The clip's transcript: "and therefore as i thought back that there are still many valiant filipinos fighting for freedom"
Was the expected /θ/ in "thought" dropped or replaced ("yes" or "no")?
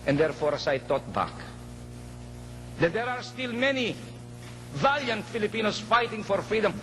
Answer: yes